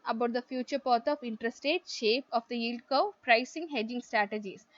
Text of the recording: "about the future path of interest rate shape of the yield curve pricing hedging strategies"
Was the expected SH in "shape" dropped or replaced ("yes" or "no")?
no